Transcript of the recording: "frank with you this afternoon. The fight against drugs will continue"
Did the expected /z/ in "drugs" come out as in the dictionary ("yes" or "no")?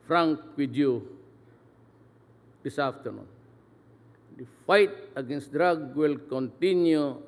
no